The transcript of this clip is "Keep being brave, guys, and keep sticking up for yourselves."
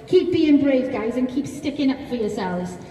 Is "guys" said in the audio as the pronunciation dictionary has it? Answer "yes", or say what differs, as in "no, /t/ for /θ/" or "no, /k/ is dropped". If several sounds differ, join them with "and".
yes